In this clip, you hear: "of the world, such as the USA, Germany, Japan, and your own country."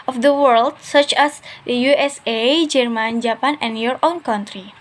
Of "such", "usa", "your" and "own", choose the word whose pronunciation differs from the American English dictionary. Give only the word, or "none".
none